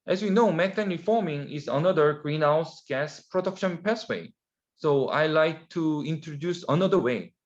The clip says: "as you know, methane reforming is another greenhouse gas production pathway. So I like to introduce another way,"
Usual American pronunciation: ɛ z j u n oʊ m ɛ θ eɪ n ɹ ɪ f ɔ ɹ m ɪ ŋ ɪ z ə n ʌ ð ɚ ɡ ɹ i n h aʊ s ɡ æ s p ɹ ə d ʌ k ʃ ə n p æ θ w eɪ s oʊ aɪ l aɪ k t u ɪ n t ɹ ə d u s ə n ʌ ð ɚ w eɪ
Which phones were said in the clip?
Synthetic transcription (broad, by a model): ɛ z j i n oʊ m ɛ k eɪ n ɹ ɪ f ɔ ɹ m ɪ ŋ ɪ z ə n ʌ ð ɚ ɡ ɹ i n h aʊ s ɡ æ s p ɹ ə d ʌ k ʃ ə n p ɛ s w eɪ s oʊ aɪ l aɪ k t u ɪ n t ɹ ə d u s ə n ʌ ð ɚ w eɪ